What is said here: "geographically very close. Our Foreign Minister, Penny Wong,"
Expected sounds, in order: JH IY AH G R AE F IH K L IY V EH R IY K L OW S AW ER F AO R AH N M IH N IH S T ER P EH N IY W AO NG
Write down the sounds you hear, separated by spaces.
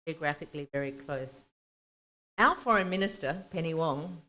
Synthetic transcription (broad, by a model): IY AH G R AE F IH K L IY V EH R IY K L OW S AW ER F AO R AH N M IH N IH S T ER P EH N IY W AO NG